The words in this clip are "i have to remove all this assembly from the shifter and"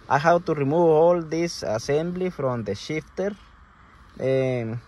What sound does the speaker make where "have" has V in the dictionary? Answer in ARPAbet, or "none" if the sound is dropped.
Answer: W